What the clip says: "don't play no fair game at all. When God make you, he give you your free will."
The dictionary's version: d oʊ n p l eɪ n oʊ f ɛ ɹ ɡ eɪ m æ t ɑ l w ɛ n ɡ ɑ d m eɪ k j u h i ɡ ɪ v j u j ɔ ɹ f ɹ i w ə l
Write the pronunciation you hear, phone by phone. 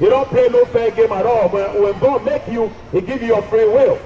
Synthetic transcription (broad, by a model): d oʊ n p eɪ n oʊ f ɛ ɡ eɪ m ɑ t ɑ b w ɛ n ɡ ɑ d m eɪ k j u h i ɡ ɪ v j u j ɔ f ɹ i w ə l